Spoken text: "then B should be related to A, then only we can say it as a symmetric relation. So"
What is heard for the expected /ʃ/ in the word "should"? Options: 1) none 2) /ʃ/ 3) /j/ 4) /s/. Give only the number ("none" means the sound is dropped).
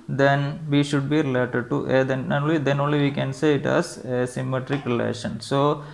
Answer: 2